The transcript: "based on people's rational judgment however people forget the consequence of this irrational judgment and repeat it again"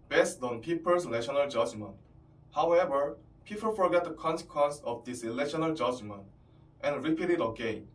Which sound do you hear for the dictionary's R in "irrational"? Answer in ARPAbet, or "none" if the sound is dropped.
L